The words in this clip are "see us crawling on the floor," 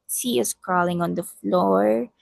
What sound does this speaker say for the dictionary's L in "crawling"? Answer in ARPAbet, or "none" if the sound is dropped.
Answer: L